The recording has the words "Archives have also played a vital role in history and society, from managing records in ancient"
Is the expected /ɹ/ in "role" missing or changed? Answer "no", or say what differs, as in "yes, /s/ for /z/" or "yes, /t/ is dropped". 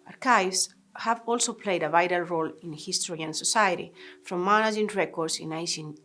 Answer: no